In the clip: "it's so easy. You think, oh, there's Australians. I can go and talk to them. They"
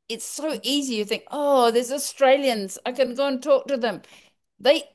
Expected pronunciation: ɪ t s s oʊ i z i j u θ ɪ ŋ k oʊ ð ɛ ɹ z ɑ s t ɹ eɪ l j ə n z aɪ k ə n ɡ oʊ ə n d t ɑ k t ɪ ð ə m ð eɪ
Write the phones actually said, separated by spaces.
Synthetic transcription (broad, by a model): ɪ t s s oʊ i z i j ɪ θ ɪ ŋ k oʊ ð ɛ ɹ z ɑ s t ɹ eɪ l j ə n z aɪ k ə n ɡ oʊ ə n t ɑ k t ɪ ð ə m ð eɪ